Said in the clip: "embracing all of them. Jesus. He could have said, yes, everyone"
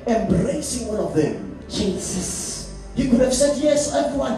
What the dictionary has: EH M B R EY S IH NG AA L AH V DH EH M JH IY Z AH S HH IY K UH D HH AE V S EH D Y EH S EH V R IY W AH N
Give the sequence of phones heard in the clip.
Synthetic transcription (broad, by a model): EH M B R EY S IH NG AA N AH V DH EH M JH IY S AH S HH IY K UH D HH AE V S EH D Y EH S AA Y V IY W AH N